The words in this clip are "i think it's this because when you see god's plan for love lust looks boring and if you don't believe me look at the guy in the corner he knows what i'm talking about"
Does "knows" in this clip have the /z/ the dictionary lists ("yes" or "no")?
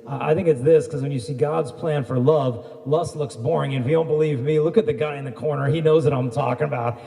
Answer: yes